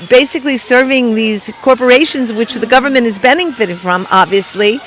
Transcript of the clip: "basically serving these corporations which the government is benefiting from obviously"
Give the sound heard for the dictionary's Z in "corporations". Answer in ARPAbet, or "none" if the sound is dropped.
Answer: Z